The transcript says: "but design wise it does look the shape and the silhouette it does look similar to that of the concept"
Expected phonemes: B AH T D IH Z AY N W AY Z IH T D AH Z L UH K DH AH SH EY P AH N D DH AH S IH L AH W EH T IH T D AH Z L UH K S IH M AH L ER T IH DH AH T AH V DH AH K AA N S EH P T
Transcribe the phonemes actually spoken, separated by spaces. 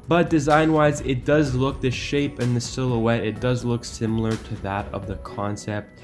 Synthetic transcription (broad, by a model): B AH T D IH Z AY N W AY Z IH T D AH Z L UH K DH AH SH EY P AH N DH AH S IH L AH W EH T IH T D AH Z L UH K S IH M L ER T IH DH AH T AH V DH AH K AA N S EH P T